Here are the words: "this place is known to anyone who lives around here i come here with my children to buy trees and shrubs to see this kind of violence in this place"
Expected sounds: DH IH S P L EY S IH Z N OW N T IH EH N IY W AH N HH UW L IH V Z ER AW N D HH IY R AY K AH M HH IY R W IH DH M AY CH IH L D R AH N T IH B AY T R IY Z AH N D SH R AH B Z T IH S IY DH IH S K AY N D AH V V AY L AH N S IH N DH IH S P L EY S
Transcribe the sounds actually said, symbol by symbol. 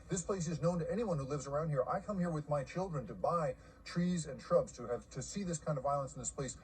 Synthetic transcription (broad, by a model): DH IH S P L EY S IH Z N OW N T IH EH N IY W AH N HH UW L IH V Z ER AW N D HH IY R AY K AH M HH IY R W IH DH M AY CH IH L D R AH N T IH B AY T R IY Z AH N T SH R AH B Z T IH S IY DH IH S K AY N D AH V V AY L AH N S N DH IH S P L EY S